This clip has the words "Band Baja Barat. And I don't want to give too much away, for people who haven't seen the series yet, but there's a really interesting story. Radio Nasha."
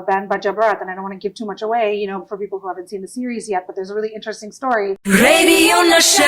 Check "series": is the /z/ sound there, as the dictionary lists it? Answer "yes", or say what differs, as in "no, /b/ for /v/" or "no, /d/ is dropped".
yes